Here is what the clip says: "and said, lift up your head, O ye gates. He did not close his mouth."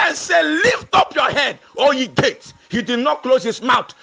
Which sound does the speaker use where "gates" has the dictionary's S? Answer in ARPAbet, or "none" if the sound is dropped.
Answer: none